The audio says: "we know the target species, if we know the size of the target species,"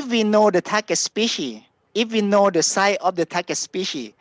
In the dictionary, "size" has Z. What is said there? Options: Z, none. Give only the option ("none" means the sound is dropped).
none